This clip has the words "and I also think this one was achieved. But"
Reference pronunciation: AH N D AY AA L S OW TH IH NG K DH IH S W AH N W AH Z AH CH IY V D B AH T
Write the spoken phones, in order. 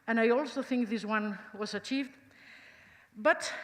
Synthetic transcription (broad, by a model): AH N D AY AA L S OW TH IH NG K DH IH S W AH N W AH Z AH CH IY V D B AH T